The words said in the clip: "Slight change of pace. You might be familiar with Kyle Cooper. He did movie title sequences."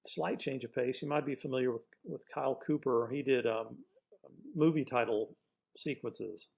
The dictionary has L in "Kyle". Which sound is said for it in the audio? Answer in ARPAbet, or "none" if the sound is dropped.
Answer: L